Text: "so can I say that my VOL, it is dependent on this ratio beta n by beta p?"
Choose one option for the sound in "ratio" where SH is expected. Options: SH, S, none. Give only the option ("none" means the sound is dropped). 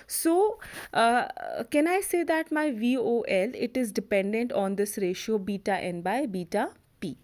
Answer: SH